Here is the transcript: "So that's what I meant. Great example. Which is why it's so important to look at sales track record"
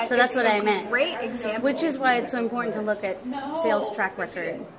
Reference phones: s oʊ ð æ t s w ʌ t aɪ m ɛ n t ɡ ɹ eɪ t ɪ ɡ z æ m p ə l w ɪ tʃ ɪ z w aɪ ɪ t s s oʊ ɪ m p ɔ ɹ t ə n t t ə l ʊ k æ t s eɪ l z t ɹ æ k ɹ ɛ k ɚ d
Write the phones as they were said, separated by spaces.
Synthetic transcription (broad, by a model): s oʊ ð æ t s w ʌ t aɪ m ɛ n t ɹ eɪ ɪ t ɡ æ w ɪ tʃ ɪ z w aɪ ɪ t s s oʊ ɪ m p ɔ ɹ t n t t ə l ʊ k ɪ t s eɪ l z t ɹ æ k ɹ ɛ k ɚ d